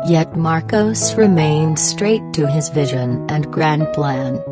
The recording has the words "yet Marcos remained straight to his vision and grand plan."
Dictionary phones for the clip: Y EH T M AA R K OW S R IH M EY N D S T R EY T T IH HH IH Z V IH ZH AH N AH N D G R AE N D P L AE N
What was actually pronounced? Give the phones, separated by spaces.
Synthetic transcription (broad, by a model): Y EH T M AA R K OW S R IH M EY N D S T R EY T T IH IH Z V IH ZH AH N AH N G R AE N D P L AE N